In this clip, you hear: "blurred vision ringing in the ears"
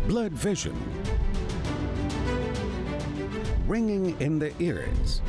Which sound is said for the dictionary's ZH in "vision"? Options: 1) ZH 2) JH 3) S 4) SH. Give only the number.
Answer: 1